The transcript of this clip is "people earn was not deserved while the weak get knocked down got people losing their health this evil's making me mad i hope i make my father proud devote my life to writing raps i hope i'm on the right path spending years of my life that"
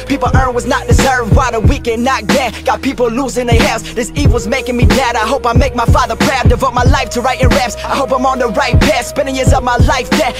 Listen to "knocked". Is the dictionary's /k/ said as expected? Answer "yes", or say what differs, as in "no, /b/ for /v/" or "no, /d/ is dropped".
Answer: no, /k/ is dropped